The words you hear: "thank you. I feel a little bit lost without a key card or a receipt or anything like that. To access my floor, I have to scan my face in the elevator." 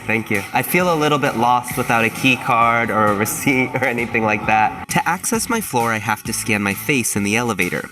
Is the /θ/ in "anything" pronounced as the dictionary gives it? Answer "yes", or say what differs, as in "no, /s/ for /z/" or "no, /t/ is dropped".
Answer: yes